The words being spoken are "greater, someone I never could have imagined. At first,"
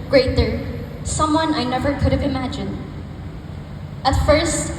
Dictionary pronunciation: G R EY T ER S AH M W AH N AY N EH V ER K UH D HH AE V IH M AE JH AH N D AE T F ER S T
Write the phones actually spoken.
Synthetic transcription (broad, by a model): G R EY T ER S AH M W AH N AY N EH V ER K UH D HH V IH M AE JH AH N D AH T F ER S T